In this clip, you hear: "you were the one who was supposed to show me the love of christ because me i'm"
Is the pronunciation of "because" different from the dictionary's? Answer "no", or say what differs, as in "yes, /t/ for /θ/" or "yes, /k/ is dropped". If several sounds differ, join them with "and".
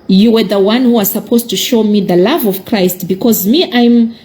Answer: no